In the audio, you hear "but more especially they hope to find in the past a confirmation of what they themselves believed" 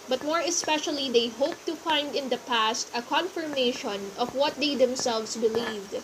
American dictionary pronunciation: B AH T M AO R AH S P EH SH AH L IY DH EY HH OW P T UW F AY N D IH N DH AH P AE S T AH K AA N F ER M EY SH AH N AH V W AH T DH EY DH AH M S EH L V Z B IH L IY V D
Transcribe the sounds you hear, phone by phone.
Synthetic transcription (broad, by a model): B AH T M AO R AH S P EH SH AH L IY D EY HH OW P T UW F AY N D IH N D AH P AE S T AH K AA N F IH M EY SH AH N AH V W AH T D EY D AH M S EH L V S B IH L IY V D